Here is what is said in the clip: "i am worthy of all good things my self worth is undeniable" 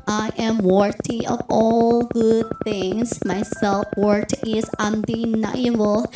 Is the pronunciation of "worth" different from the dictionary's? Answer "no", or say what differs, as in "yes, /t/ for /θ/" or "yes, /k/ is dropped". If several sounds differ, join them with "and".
yes, /t/ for /θ/